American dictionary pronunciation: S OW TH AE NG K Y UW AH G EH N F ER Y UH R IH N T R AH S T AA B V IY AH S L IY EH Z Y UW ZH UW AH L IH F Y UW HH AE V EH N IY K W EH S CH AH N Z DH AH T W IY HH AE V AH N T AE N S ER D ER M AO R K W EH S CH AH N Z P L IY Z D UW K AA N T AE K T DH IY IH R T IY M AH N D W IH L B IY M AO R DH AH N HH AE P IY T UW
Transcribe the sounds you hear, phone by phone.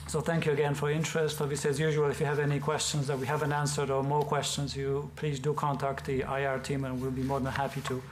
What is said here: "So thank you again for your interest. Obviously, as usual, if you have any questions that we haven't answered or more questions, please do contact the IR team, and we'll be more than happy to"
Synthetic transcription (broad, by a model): S OW TH AE NG K Y UW AH G EH N F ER R IH N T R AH S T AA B V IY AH S L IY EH Z Y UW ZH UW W L IH F Y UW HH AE V EH N IY K W EH S CH AH N Z DH AH T W IY HH AE V AH N T AE N S ER D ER M AO R K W EH S CH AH N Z P L IY Z D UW K AA N T AE K T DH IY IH R T IY M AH N W IH L B IY M AO R DH AH N HH AE P IY T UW